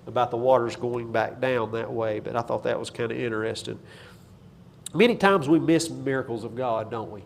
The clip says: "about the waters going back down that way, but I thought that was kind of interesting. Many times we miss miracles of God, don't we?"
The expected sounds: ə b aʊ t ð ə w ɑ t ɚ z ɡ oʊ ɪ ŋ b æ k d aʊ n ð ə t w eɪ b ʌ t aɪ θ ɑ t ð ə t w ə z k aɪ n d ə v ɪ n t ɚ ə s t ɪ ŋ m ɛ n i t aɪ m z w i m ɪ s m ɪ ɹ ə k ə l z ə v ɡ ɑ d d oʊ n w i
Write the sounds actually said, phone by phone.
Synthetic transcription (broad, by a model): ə b aʊ t ð ə w ɑ t ɚ z ɡ oʊ ɪ ŋ b æ k d aʊ n ð ə t w eɪ b ʌ t aɪ θ ɑ t ð ə t w ə z k aɪ n d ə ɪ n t ɚ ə s t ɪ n m ɛ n i t aɪ m z w i m ɪ s m ɪ ɹ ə k l z ə v ɡ ɑ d d oʊ n w i